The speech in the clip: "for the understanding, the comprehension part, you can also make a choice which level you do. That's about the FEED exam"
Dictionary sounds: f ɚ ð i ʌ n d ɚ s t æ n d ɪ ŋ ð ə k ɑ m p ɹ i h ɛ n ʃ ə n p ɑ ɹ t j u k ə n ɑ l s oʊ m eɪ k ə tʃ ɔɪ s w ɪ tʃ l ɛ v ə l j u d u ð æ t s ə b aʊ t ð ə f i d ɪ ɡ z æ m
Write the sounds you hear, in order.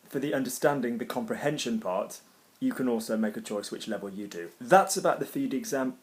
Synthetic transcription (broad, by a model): f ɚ ð i ʌ n d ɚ s t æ n d ɪ ŋ ð ə k ɑ m p ɹ i h ɛ n ʃ ə n p ɑ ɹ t j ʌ k ə n ɑ l s oʊ m eɪ k ə tʃ ɔɪ s w ɪ tʃ l ɛ v ə l j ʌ d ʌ ð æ t s ə b aʊ t ð ə f i d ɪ ɡ z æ m